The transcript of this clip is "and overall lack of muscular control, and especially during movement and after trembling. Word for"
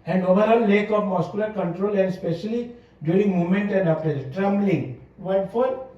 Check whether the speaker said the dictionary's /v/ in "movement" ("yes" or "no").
no